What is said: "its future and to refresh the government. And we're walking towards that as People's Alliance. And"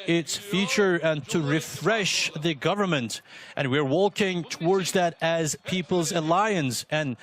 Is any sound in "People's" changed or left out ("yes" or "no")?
no